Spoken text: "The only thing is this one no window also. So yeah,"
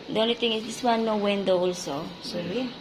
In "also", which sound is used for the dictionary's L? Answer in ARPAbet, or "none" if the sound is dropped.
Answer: L